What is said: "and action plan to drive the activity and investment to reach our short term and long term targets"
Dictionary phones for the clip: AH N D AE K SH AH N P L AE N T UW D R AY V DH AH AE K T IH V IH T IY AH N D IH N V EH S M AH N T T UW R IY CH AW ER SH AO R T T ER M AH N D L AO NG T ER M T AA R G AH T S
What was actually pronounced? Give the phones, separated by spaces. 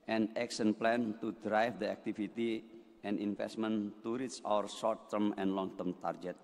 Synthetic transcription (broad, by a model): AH N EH K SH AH N P L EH N T UW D R AY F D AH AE K T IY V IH T IY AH N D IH N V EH S M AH N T T UW R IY S AW ER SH AO R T T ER M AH N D L AO NG T ER M T AA R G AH T